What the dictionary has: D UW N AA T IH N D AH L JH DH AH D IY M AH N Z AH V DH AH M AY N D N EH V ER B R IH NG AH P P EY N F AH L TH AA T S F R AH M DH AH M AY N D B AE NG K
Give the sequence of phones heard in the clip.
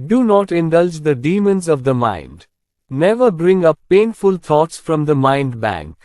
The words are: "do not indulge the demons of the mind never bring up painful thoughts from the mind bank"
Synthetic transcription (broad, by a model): D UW N AA T IH N D AH L JH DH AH D IY M AH N Z AH V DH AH M AY N D N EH V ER B R IH NG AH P P EY N F AH L T AA T S F R AH M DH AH M AY N D B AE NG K